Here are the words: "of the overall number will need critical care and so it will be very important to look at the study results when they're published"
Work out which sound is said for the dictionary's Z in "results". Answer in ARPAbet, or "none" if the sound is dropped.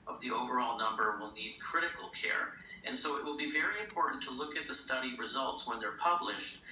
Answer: Z